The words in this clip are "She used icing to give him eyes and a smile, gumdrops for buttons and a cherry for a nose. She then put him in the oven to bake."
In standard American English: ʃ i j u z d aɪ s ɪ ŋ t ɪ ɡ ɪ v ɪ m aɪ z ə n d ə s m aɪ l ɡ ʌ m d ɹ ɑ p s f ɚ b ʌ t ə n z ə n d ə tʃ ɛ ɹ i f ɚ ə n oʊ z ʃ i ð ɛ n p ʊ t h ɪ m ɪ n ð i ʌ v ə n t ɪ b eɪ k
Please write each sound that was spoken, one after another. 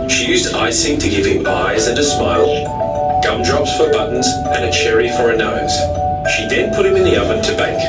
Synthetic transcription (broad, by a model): ʃ i j u z d aɪ s ɪ ŋ t ɪ ɡ ɪ v ɪ m aɪ z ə n ə s m aɪ l ɡ ʌ m d ɹ ɑ p s f ɚ b ʌ t n z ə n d ə tʃ ɛ ɹ i f ɚ ə n oʊ z ʃ i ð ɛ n p ʊ t h ɪ m ɪ n ð i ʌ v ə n t ɪ b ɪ k